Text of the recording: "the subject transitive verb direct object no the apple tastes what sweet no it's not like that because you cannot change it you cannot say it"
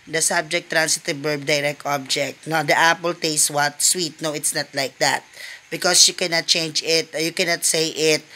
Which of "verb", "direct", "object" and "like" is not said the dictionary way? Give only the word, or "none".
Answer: verb